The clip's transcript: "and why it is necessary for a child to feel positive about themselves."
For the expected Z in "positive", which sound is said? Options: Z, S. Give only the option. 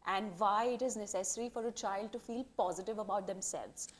Z